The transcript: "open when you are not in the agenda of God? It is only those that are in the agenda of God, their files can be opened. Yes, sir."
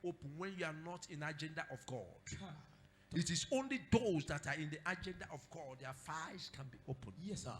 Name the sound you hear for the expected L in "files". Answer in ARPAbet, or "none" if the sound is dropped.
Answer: none